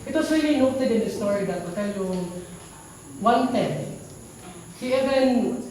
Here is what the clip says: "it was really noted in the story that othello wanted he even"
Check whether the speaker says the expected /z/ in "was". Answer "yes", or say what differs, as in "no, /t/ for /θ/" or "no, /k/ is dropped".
no, /s/ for /z/